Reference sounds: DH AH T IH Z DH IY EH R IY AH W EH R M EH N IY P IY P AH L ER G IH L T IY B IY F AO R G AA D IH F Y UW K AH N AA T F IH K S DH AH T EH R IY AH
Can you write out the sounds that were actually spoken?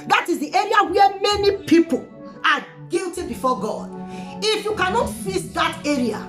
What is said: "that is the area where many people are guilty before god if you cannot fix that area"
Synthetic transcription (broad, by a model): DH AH T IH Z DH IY EH R IY AH W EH M EH N IY P IY P AH L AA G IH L T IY B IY F AO G AA D IH F Y UW K AH N AA T F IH S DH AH T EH R IY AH